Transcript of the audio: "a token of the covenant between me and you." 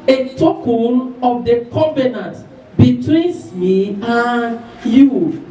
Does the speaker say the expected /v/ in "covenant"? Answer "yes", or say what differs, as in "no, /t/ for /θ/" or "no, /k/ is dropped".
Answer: no, /b/ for /v/